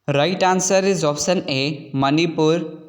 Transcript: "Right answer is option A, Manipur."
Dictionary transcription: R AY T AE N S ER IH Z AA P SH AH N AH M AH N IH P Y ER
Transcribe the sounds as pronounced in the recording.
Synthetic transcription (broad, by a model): R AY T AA N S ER IH Z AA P S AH N AH M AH N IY P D